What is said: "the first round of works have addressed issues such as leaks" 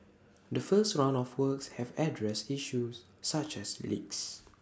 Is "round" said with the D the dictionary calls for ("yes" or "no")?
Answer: no